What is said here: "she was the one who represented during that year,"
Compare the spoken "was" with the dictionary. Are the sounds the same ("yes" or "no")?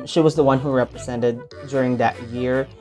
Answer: yes